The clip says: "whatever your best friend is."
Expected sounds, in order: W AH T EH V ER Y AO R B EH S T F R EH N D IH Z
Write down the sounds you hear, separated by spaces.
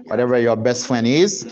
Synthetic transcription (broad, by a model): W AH T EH V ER Y AO R B EH S T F L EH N IH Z